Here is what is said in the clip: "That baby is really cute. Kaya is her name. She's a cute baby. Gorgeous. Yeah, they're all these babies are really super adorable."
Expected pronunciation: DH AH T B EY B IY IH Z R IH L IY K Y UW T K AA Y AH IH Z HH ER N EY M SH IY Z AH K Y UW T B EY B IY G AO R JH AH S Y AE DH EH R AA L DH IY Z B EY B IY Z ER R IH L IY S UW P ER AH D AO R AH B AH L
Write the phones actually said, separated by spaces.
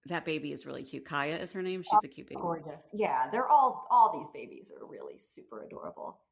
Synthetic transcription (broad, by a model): DH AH T B EY B IY IH Z R IH L IY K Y UW K AA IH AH IH Z HH ER N EY M SH IY Z AH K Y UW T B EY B G AO R JH AH S Y AE DH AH R AA L DH IY Z B EY B IY Z ER R IH L IY S UW P ER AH D AO R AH B L